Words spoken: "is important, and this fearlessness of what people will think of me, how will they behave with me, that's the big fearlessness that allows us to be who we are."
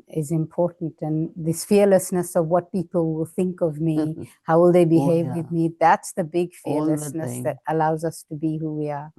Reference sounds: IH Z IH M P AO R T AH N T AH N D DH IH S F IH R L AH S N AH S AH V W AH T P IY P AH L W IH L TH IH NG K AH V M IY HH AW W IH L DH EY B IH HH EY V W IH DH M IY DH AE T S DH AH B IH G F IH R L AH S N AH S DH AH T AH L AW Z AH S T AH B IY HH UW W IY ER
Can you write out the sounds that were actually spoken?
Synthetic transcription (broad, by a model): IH Z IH M P AO R T N T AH N DH IH S F IH R L AH S N AH S AH V W AH T P IY P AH L W IH L TH IH NG K AH V M IY HH AW W IH L DH EY B IH HH EY V W IH DH M IY DH AE T S DH AH B IH G F IH R L AH S N AH S DH AH T AH L AW Z AH S T AH B IY HH UW W IY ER